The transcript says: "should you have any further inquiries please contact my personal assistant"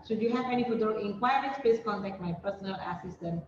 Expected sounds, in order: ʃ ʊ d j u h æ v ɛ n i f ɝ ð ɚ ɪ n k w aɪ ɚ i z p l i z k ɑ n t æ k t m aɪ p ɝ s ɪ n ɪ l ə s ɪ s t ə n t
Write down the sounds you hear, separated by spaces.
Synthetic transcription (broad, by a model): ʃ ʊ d j u h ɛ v ɛ n i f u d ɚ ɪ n k w aɪ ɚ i s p ɛ s k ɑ n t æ k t m aɪ p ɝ s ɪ n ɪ l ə s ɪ s t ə n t